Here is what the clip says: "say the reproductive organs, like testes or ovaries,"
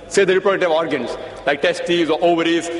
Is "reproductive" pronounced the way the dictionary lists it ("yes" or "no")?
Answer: no